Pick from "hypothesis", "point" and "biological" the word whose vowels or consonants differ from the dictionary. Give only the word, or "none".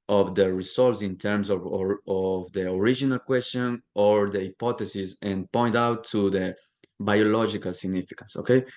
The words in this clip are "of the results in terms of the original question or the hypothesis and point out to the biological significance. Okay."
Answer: hypothesis